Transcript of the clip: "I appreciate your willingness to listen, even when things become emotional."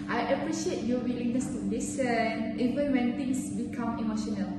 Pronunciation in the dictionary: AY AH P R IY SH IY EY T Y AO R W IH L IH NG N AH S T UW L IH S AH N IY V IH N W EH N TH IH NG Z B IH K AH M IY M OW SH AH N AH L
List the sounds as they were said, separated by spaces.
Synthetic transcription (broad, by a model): AY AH P R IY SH IY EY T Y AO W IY L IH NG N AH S T UW L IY S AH N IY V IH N W EH N T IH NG S B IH K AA M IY M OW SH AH N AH L